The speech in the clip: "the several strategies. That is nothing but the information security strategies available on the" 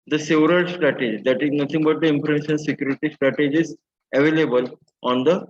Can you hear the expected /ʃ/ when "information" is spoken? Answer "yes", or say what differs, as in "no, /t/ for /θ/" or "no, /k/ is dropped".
no, /s/ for /ʃ/